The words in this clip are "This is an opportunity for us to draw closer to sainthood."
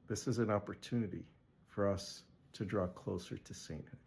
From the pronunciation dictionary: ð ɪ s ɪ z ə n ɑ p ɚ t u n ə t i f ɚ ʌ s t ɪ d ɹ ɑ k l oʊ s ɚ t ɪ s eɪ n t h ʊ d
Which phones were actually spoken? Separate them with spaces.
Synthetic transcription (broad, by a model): ð ɪ s ɪ z ə n ɑ p ɚ t u n ə t i f ɚ ʌ s t ɪ d ɹ ɑ k l oʊ s ɚ t ɪ s eɪ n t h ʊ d